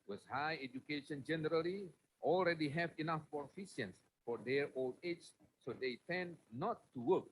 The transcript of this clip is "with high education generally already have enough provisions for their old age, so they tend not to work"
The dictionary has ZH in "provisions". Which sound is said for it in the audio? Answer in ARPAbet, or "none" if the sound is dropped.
S